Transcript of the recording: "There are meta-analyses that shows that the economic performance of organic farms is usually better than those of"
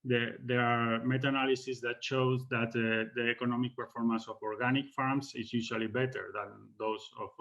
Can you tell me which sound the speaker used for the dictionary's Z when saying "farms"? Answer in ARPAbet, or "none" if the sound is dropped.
S